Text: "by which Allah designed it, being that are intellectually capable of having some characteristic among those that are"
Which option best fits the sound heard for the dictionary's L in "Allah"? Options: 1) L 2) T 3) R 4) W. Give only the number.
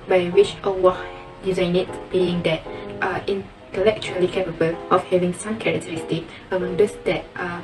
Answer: 4